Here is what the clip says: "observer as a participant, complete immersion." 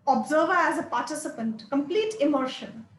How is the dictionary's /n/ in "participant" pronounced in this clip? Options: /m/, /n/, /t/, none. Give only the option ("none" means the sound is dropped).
/n/